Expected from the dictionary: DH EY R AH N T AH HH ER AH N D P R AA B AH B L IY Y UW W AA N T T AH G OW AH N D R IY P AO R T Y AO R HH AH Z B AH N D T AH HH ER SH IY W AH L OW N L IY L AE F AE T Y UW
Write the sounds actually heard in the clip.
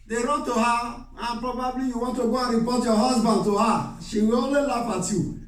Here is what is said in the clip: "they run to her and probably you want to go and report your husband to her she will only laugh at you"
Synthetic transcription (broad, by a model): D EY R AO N T AH HH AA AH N P R AA B AH B L IY Y UW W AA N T T AH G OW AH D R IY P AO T Y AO HH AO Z B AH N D T AH HH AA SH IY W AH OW L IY L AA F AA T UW